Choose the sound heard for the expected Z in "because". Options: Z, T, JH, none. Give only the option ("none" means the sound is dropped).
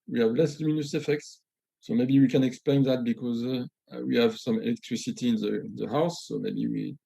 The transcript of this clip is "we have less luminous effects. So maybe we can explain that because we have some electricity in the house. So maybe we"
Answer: Z